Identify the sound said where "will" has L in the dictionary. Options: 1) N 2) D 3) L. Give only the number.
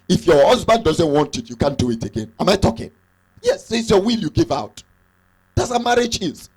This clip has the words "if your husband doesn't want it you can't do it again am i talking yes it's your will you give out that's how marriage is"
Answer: 3